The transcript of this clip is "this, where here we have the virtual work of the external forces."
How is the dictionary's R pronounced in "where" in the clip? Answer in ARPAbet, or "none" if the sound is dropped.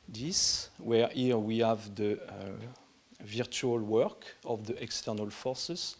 R